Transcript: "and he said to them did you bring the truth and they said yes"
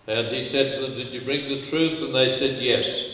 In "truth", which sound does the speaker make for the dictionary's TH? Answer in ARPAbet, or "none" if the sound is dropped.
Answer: TH